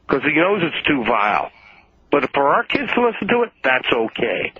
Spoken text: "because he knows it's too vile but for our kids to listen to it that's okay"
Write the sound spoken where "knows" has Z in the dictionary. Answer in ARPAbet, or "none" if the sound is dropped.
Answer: Z